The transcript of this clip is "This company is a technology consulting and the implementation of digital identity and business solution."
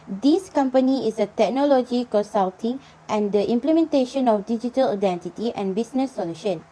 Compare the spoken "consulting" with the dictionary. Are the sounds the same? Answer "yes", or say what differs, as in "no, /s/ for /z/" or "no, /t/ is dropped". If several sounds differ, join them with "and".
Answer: no, /n/ is dropped